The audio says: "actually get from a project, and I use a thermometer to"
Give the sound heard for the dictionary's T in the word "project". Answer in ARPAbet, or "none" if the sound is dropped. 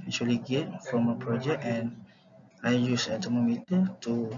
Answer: none